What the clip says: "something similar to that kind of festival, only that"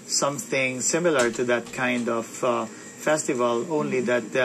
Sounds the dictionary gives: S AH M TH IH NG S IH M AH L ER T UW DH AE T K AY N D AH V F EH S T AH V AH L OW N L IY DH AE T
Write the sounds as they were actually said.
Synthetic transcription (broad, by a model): S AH M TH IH NG S IH M AH L ER T UW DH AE T K AY N D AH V F EH S T AH V AH L OW N L IY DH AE T